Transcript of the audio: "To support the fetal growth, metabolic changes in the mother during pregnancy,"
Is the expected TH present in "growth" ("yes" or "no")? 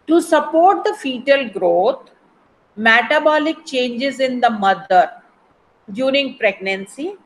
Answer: no